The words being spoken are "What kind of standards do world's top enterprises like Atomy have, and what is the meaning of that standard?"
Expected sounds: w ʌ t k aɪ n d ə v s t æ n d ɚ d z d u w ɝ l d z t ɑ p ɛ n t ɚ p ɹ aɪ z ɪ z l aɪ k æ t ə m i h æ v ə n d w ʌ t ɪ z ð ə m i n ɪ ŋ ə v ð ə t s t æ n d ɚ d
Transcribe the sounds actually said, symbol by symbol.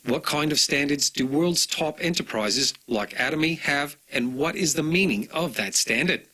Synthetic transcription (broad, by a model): w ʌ t k aɪ n d ə v s t æ n d ɚ d z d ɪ w ɝ l d z t ɑ p ɛ n t ɚ p ɹ aɪ z ɪ z l aɪ k æ t ə m i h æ v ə n w ʌ t ɪ z ð ə m i n ɪ ŋ ə v ð ə t s t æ n d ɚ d